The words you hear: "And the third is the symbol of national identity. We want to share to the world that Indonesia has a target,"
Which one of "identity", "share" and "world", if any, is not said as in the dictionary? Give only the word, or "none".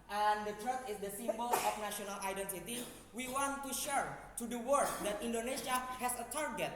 world